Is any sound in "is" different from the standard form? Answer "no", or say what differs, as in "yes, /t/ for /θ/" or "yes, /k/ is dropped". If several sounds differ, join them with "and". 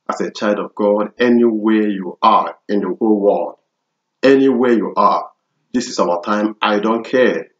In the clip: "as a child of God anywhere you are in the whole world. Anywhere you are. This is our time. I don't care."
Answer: yes, /s/ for /z/